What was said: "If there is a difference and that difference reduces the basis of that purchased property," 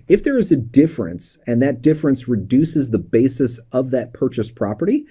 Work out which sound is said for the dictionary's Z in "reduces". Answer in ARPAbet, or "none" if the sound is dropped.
Z